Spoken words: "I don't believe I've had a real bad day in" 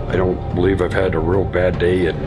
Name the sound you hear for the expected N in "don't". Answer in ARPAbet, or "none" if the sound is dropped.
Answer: N